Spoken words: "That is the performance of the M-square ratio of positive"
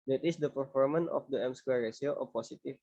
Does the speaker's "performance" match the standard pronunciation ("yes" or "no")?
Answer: no